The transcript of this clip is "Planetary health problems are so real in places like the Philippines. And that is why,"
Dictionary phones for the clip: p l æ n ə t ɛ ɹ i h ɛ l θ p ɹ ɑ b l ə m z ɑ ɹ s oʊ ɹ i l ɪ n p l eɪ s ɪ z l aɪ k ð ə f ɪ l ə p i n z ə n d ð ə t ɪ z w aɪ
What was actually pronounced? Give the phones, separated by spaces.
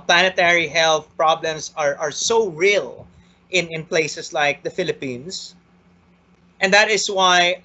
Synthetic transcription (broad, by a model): p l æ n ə t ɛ ɹ i h ɛ l θ p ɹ ɑ b l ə m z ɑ ɹ s oʊ ɹ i l ɪ n p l eɪ s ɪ s l aɪ k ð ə f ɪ l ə p i n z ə n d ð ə t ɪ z w aɪ